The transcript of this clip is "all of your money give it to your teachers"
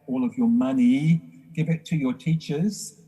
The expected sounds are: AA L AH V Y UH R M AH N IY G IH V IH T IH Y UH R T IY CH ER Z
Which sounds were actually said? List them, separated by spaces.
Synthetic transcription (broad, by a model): AA L AH V Y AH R M AH N IY G IH V IH T IH Y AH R T IY CH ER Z